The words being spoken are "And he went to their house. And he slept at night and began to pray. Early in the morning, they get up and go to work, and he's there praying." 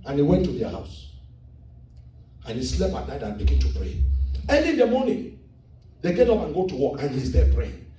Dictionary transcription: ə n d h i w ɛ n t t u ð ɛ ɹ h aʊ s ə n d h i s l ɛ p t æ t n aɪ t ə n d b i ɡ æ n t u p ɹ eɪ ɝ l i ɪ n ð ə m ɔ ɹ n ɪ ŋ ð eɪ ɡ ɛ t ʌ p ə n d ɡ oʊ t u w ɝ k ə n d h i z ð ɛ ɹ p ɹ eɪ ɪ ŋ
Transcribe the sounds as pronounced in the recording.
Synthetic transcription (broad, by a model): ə n h i w ɛ n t t u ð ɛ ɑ h aʊ s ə n h i s l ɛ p ɑ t n aɪ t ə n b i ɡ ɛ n t u p ɹ eɪ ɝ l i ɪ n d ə m ɔ n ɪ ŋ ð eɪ ɡ ɛ t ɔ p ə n ɡ oʊ t u w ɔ k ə n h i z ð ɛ p ɹ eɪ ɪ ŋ